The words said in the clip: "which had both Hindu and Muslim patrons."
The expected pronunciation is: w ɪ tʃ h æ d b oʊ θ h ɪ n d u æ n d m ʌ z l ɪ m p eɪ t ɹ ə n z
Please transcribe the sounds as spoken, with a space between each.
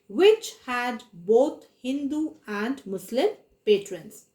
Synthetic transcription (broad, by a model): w ɪ tʃ h æ d b oʊ t h ɪ n d u æ n d m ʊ s l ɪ m p eɪ t ɹ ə n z